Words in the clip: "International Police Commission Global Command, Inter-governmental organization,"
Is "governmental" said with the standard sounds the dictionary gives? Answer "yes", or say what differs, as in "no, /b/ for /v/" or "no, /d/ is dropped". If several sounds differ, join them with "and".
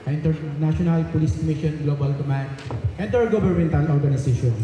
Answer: no, /b/ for /v/